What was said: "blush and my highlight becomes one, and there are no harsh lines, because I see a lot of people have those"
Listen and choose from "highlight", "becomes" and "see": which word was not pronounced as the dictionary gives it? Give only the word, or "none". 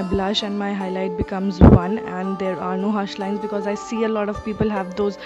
none